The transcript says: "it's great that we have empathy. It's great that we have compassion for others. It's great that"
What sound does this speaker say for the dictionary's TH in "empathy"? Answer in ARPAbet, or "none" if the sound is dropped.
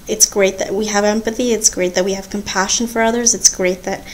TH